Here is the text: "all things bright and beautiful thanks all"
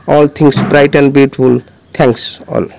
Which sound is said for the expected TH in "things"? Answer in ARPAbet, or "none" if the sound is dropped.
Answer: T